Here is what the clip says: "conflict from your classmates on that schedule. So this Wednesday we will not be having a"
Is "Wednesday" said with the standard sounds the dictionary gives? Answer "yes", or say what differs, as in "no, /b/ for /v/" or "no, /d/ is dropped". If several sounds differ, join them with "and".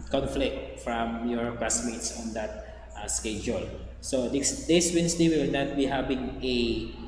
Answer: no, /s/ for /z/